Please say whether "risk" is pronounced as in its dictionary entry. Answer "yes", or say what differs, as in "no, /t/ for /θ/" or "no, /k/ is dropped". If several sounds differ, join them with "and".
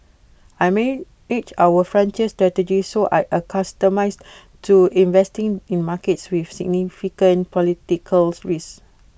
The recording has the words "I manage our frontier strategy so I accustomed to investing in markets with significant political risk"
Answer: no, /k/ is dropped